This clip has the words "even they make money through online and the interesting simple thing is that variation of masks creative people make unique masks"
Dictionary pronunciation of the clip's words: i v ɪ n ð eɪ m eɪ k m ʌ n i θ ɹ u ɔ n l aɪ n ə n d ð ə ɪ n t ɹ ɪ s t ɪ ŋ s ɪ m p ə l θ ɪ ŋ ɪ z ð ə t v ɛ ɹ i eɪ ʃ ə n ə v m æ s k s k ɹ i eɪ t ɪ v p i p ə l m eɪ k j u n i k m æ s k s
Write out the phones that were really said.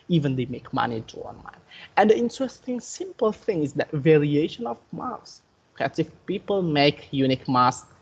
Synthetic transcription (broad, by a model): i v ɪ n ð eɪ m eɪ k m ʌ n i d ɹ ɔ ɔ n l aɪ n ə n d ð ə ɪ n t ɹ ɪ s t ɪ ŋ s ɪ m p ə l θ ɪ ŋ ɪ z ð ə t v ɛ ɹ i eɪ ʃ ə n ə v m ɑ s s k i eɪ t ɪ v p i p ə l m eɪ k j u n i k m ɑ s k